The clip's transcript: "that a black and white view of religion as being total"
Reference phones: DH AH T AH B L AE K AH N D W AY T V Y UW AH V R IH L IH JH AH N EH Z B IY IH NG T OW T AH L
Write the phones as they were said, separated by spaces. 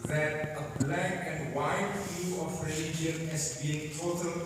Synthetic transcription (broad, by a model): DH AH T AH B L AE K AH N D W AY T F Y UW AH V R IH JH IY AH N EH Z B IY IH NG T OW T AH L